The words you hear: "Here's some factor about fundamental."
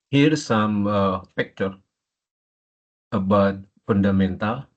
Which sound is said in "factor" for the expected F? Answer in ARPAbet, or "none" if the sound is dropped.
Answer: P